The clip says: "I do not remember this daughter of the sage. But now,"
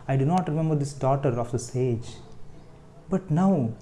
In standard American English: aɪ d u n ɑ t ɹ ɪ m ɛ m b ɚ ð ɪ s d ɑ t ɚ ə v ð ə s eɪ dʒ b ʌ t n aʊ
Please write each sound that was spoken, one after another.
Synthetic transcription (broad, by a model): aɪ d u n ɑ t ɹ ɪ m ɛ m b ɚ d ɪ s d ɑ t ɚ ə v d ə s eɪ dʒ b ʌ t n aʊ